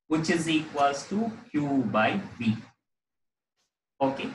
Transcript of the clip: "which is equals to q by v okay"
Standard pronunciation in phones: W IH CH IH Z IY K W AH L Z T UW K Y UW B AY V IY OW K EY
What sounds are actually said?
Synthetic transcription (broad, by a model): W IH CH IH Z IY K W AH Z T UW K Y UW B AY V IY OW K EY